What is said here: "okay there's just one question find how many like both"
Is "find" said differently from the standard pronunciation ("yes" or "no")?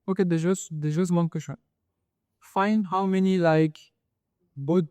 no